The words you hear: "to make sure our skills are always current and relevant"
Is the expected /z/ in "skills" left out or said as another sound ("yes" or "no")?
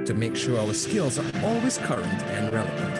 no